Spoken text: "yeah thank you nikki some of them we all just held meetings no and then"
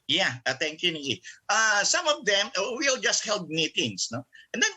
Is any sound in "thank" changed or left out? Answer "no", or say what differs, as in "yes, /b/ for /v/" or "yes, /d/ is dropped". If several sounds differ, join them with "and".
yes, /t/ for /θ/